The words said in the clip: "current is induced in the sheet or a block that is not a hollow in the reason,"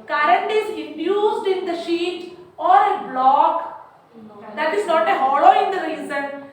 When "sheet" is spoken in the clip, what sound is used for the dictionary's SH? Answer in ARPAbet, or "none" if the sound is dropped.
SH